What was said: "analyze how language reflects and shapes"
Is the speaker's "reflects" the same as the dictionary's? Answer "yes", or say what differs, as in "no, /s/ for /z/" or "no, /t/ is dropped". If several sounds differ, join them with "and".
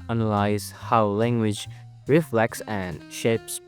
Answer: yes